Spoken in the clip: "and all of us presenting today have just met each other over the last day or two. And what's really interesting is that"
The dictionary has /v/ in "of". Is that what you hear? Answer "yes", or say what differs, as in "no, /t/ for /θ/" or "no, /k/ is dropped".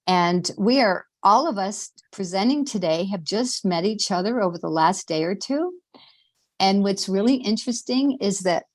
yes